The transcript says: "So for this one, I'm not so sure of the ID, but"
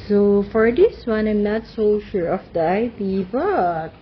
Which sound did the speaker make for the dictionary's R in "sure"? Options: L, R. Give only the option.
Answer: R